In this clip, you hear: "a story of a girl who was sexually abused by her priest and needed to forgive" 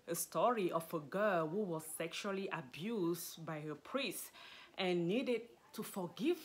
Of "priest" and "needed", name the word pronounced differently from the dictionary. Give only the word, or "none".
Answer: none